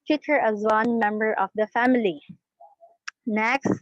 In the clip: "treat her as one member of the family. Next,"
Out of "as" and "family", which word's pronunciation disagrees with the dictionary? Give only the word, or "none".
none